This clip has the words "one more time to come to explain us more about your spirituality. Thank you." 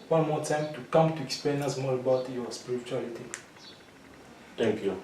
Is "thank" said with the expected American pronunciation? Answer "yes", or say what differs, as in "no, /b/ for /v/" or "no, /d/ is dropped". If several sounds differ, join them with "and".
no, /t/ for /θ/